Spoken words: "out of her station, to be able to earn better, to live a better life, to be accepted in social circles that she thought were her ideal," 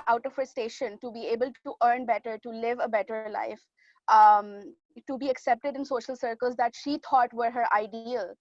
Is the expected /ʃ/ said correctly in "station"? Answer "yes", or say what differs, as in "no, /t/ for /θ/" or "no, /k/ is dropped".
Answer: yes